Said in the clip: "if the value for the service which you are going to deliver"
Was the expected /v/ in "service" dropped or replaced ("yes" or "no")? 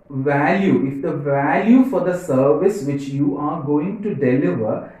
no